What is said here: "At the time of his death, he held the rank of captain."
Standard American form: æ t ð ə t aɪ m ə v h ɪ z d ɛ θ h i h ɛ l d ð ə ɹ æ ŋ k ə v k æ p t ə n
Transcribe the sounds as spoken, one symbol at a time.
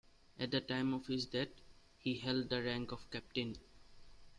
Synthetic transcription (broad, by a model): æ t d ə t aɪ m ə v h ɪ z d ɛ t h i h ɛ l d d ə ɹ æ ŋ k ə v k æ p t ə n